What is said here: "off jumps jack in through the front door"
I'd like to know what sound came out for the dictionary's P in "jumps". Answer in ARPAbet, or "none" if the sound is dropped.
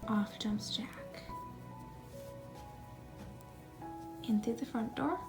none